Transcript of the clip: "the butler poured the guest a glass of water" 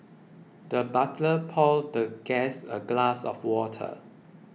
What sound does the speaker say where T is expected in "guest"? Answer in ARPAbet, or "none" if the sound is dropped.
none